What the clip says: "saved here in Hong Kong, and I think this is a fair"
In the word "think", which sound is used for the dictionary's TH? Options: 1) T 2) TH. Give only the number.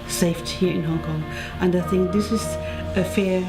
2